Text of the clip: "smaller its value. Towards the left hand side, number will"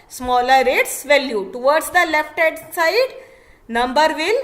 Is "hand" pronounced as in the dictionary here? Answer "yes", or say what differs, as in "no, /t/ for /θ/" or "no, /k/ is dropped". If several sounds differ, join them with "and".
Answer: no, /n/ is dropped